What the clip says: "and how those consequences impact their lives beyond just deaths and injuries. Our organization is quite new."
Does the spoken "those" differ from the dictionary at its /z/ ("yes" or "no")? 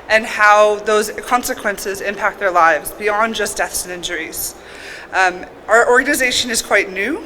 no